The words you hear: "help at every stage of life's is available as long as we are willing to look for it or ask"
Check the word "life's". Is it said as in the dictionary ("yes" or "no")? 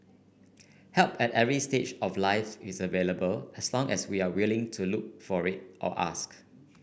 no